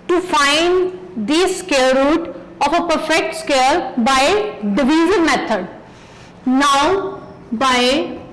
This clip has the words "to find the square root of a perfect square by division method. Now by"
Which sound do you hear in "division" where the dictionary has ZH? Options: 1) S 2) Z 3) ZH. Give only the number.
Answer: 2